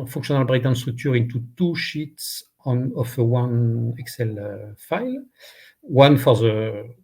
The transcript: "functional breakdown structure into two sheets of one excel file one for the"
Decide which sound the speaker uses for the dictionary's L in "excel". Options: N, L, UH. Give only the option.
L